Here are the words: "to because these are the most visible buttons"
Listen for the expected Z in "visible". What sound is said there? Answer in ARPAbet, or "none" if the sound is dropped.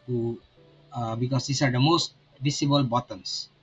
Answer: S